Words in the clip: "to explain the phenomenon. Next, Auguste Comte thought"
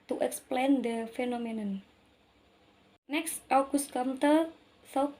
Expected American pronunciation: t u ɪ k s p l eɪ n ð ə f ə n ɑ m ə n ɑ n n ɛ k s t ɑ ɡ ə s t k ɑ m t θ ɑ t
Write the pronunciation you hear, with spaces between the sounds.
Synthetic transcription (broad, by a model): t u ɪ k s p l eɪ n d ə f ə n ɑ m ə n ɑ n n ɛ k s t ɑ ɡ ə s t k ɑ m t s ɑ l